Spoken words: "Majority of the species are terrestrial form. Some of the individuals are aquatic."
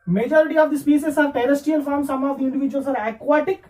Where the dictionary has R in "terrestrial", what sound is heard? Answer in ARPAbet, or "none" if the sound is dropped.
none